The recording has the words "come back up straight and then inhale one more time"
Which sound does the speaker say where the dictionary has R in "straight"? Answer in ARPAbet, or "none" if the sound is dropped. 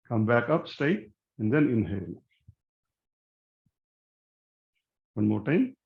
none